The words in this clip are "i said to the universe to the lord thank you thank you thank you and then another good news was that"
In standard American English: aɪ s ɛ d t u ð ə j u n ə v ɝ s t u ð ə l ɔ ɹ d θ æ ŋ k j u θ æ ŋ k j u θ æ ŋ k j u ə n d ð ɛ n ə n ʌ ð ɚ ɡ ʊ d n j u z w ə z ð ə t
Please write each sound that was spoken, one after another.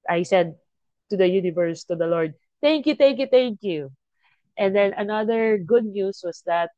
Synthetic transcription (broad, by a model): aɪ s ɛ d t u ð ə j u n ə v ɝ s t u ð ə l ɔ ɹ d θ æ ŋ k j u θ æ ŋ k j u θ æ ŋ k j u ə n d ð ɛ n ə n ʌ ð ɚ ɡ ʊ d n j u s w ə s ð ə t